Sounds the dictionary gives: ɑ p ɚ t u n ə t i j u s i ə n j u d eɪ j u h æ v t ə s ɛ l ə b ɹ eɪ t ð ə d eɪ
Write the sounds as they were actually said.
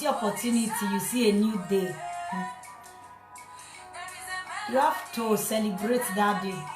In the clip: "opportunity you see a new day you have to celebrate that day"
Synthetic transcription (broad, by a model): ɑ p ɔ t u n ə t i j u s i ə n j u d eɪ j u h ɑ f t ə s ɛ l ə b ɹ eɪ t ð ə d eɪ